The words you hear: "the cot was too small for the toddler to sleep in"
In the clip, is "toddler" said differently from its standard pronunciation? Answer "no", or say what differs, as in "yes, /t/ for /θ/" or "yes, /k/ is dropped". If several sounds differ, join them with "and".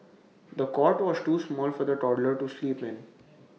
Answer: no